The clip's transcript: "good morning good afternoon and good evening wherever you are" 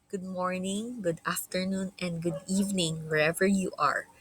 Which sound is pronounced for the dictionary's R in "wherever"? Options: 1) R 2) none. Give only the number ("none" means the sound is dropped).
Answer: 1